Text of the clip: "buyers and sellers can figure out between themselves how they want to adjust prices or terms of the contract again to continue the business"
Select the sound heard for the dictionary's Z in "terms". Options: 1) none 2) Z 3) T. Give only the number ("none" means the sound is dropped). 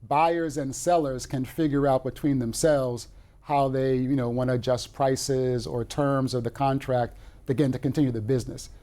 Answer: 2